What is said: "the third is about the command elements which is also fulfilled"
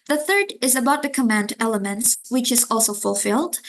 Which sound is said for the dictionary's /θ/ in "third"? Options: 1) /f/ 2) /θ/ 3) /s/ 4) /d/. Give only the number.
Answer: 2